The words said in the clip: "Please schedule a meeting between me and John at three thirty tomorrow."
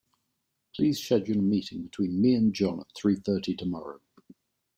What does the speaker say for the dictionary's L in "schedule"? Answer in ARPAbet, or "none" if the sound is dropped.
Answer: N